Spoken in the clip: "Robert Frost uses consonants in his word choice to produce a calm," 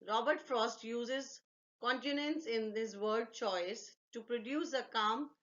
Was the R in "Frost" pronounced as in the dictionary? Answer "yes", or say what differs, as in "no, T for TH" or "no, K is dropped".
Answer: yes